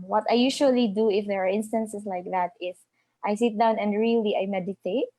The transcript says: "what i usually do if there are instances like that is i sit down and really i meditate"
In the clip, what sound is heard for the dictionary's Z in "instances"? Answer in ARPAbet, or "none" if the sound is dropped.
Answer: S